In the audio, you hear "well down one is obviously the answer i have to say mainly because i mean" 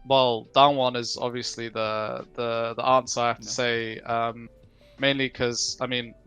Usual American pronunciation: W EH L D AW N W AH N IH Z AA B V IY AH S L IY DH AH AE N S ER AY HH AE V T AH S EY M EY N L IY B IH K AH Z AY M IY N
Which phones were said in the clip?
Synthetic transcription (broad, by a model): W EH L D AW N W AH N IH Z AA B V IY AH S L IY DH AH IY N S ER AY HH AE F T AH S EY M EY N L IY K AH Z AY M IY N